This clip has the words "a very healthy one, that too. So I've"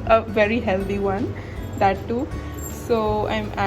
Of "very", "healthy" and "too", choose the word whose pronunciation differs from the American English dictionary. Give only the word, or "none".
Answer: healthy